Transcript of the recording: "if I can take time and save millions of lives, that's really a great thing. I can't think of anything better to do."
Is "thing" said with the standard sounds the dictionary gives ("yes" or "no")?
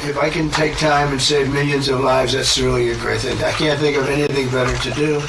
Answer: yes